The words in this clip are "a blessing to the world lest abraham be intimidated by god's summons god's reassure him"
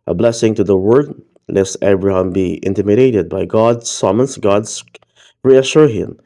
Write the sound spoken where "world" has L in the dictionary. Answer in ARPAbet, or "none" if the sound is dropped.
none